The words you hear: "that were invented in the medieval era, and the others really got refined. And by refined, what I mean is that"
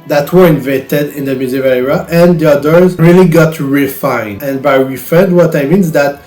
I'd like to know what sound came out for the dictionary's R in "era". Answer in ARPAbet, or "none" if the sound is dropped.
none